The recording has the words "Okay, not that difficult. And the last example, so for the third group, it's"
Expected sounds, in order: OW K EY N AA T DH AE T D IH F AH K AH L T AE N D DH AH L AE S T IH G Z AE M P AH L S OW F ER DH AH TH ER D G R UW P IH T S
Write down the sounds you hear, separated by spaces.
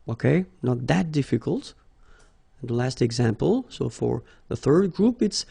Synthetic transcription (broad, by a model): OW K EY N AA T DH AE T D IH F AH K AH L T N DH AH L AE S T IH G Z AE M P AH L S OW F ER DH AH TH ER D G R UW P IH T S